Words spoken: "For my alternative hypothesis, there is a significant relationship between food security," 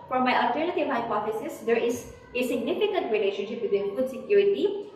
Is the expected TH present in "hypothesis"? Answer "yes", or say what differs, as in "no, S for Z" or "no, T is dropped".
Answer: no, F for TH